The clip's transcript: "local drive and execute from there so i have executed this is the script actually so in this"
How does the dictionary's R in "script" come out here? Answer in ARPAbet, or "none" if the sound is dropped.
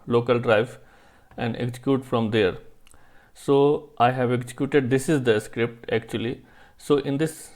R